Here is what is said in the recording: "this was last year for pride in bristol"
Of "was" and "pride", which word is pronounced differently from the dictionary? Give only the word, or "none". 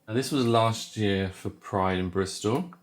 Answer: none